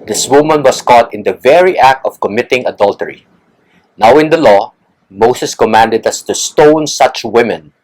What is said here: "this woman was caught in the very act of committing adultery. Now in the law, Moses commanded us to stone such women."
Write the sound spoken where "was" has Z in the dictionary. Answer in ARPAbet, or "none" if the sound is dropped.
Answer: S